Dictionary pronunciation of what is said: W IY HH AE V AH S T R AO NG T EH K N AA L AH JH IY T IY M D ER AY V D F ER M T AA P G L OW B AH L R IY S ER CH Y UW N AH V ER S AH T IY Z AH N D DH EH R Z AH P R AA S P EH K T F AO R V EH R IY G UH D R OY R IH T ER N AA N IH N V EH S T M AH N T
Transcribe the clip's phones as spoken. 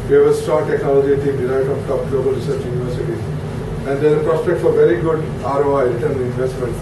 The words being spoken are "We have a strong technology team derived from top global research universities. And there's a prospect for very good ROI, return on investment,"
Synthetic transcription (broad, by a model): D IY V AH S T AO T EH K N AA L AH JH IY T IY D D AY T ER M T AA P G L OW B AH L R IY S ER CH Y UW N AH V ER S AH T IY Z AH N D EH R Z AH P R AA S P EH K T F AO R V EH R IY G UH D R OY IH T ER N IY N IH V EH S T M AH N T